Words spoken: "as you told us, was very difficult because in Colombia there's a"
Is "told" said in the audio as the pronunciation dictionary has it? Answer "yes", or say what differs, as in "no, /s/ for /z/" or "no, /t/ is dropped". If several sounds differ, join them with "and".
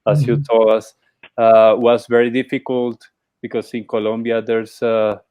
no, /d/ is dropped